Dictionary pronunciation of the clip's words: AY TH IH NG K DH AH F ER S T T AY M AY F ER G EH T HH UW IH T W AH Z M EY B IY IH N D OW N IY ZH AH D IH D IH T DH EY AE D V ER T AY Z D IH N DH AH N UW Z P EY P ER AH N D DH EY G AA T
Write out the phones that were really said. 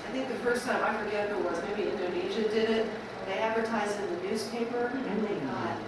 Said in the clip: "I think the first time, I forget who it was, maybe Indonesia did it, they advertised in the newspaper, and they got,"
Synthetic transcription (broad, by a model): AY TH IH NG K DH AH F ER S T T AY M AY F ER G EH T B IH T W AH Z M EY B IY IH N D OW N IY ZH AH D IH D IH T DH EY AE D V ER T AY Z D IH N DH AH N UW Z P EY P ER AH N DH EY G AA T